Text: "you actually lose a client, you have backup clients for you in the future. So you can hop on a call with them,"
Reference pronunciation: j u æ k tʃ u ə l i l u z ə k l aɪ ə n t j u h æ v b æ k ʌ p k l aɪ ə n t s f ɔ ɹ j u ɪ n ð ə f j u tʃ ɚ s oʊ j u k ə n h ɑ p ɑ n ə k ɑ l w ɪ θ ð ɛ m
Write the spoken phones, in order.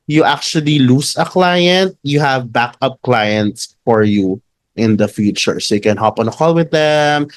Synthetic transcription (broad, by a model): j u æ k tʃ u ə l i l u s ə k l aɪ ə n t j u h æ v b æ k ʌ p k l aɪ ə n t s f ɔ ɹ j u ɪ n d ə f j u tʃ ɚ s oʊ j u k ə n h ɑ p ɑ n ə k ɑ l w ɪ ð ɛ m